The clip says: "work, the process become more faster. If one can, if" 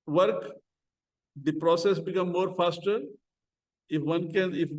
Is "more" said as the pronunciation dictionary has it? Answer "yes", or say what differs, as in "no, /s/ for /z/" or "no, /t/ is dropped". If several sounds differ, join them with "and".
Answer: yes